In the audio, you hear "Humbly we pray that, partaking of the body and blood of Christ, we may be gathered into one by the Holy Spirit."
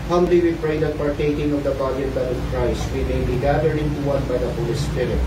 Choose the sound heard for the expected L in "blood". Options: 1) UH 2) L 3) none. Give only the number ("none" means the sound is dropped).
3